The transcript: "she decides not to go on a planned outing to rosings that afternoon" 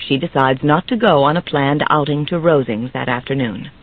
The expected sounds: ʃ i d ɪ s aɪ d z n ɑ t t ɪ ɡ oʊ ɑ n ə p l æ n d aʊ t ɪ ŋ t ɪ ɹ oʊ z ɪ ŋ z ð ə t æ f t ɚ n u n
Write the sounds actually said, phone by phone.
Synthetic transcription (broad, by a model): ʃ i d ɪ s aɪ d z n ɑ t t ɪ ɡ oʊ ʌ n ə p l æ n d aʊ t ɪ ŋ t ɪ ɹ oʊ z ɪ ŋ z ð ə t æ f t ɚ n u n